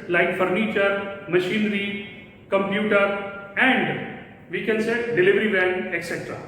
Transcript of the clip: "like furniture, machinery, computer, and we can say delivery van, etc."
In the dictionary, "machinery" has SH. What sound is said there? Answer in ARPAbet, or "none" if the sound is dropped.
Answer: SH